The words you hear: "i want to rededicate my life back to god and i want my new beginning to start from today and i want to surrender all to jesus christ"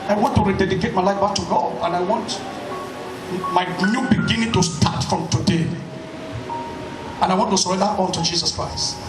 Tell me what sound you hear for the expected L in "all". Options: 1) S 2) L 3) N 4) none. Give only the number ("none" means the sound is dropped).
3